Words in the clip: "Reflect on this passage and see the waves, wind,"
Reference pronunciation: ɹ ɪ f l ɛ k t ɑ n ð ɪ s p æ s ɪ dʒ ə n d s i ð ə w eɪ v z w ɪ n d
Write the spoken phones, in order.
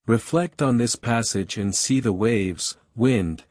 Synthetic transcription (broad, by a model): ɹ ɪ f l ɛ k t n ð ɪ s p æ s ɪ dʒ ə n s i ð ə w eɪ v z w ɪ n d